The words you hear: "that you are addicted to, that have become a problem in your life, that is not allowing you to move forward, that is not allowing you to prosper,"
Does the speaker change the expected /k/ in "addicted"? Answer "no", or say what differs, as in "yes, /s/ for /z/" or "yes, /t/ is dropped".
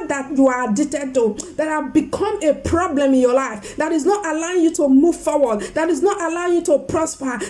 yes, /k/ is dropped